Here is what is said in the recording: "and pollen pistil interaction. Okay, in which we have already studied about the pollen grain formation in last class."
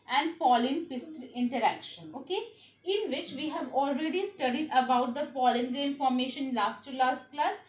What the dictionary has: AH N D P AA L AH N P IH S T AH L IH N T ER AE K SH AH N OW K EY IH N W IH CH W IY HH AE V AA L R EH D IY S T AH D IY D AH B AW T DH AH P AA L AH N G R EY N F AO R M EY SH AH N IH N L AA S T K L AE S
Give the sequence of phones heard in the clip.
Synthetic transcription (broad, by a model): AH N D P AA L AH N F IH S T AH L IH N T ER AE K SH AH N OW K EY IH N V IH CH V IY HH AE V AA L R EH D IY S T AH D IY D AH B AW T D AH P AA L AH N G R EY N F AO R M EY SH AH N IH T L AA S T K L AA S